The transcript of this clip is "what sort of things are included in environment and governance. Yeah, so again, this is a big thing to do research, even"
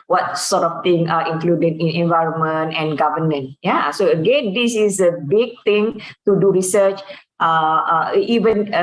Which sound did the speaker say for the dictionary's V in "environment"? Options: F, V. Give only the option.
V